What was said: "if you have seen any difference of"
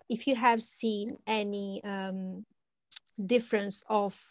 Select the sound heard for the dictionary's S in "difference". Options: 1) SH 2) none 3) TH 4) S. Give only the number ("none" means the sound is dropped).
4